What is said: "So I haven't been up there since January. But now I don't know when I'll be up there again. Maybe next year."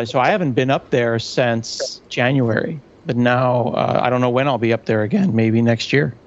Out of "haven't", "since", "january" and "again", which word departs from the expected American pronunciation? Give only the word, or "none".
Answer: none